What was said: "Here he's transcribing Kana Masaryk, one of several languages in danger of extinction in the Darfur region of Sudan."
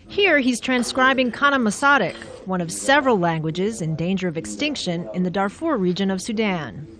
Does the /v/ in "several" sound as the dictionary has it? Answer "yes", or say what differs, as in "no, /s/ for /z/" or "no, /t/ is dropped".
yes